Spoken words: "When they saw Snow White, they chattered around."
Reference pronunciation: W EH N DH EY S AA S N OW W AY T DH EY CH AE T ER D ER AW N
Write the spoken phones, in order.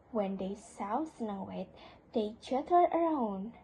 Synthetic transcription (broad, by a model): W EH N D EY S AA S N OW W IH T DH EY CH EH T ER ER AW N